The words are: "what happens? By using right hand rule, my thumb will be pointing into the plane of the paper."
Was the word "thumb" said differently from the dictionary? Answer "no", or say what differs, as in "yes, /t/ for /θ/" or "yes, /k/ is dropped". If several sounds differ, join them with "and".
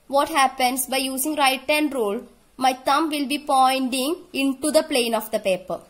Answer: yes, /t/ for /θ/